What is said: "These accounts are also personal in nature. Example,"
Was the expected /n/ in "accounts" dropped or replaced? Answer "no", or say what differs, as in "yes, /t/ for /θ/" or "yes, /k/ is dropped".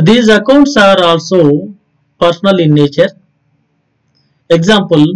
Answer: no